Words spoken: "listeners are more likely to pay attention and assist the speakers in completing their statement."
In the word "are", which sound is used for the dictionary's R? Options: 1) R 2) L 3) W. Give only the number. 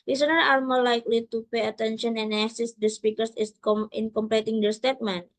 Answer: 2